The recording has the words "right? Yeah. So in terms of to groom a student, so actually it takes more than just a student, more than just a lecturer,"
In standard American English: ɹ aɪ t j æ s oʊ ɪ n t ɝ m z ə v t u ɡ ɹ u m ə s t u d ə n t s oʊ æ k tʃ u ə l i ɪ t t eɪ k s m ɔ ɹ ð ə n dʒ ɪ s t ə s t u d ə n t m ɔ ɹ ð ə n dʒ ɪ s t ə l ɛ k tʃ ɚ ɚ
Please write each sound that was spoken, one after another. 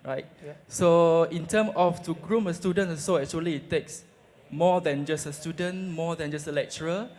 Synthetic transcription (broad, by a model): ɹ aɪ t s oʊ ɪ n t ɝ m ə f t u ɡ ɹ u m ə s t u d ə n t s oʊ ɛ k tʃ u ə l i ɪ t t eɪ k s m ɔ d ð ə n dʒ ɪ s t ə s t u d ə n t m ɔ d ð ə n dʒ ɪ s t ə l ɛ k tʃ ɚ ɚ